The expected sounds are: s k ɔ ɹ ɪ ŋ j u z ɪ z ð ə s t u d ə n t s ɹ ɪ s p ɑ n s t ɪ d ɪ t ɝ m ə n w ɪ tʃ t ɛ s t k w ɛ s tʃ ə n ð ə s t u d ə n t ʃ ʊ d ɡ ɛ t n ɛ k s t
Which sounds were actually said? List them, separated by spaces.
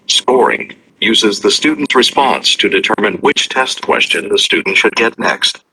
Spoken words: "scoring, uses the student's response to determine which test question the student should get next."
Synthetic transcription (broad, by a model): s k ɔ ɹ ɪ ŋ j u z ɪ z ð ə s t u d n t s ɹ ɪ s p ɑ n s t ɪ d ɪ t ɝ m ə n w ɪ tʃ t ɛ s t k w ɛ s tʃ ə n ð ə s t u d n t ʃ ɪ d ɡ ɛ t n ɛ k s t